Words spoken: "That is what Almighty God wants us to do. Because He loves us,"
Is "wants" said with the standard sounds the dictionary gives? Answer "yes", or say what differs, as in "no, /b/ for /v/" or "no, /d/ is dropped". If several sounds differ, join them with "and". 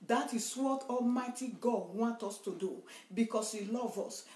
no, /s/ is dropped